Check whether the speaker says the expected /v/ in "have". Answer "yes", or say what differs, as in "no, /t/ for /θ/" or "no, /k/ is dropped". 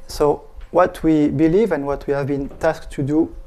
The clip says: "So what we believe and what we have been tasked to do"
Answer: yes